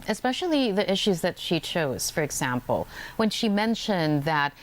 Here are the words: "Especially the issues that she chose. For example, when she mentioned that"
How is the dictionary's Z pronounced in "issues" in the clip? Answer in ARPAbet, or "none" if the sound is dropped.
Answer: Z